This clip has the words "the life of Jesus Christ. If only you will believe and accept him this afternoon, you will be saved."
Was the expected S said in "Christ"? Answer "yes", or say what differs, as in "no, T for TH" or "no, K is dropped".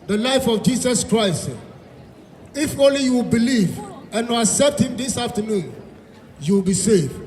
yes